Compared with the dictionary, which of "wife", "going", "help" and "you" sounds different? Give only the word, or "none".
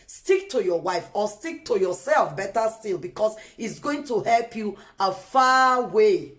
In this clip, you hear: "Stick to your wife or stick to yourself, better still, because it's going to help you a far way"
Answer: none